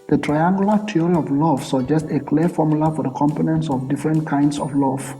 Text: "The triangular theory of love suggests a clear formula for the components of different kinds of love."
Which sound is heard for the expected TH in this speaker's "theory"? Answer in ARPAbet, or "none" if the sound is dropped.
T